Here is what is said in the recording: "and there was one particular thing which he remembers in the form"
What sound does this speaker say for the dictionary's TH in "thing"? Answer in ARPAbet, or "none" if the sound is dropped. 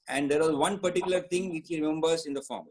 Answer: T